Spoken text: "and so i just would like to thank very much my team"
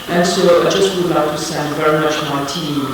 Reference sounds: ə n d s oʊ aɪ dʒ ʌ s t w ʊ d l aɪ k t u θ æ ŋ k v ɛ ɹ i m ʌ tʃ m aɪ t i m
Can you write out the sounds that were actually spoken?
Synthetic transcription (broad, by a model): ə n s oʊ aɪ dʒ ʌ s t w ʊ d l aɪ k t u s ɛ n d v ɛ ɹ i m ʌ tʃ m aɪ t i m